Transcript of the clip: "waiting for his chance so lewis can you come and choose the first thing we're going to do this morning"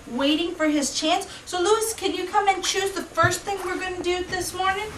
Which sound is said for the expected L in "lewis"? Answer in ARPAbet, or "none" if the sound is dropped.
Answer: L